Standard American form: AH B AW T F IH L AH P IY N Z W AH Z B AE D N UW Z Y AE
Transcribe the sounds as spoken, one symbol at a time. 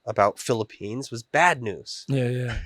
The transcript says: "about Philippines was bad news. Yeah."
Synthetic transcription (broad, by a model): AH B AW T F IH L AH P IY N Z W AH Z B AE D N UW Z Y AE